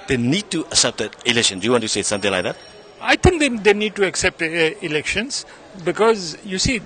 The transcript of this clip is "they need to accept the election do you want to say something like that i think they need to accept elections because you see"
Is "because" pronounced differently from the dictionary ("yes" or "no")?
no